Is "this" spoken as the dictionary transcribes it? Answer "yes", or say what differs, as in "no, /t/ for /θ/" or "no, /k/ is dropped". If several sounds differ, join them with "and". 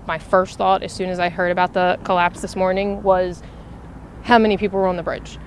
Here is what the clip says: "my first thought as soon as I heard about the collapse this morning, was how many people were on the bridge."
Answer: yes